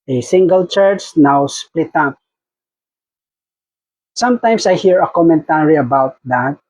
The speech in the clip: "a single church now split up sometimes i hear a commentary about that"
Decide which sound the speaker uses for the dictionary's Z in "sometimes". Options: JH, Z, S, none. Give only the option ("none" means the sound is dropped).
S